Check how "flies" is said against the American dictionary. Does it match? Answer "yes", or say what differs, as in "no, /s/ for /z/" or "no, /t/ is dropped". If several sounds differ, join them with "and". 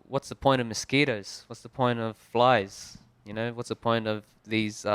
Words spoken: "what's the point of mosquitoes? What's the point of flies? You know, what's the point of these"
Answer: yes